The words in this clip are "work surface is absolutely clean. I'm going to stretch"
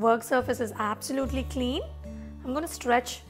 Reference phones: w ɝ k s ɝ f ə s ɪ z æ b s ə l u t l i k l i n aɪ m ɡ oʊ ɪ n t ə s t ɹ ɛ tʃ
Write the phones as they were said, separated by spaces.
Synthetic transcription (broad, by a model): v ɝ k s ɝ f ə s ɪ z æ b s ə l u t l i k l i n aɪ m ɡ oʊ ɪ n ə s t ɹ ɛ tʃ